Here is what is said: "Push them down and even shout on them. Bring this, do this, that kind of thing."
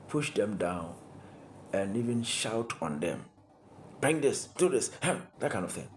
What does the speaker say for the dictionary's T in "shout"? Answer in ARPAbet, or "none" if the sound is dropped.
T